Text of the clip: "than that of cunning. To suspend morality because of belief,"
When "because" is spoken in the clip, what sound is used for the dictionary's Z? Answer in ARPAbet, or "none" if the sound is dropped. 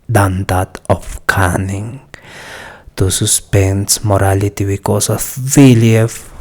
S